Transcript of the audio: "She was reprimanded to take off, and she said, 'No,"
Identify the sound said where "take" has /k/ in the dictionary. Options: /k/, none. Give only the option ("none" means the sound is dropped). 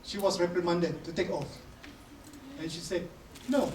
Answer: /k/